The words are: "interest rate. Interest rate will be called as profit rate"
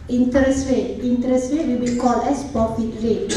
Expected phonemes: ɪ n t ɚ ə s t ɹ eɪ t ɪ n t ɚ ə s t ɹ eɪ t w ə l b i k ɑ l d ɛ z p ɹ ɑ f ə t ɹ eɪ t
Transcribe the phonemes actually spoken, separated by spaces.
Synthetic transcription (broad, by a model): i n t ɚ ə s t ɹ eɪ t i n t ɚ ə s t ɹ eɪ t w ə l b i k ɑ l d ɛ s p ɑ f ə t ɹ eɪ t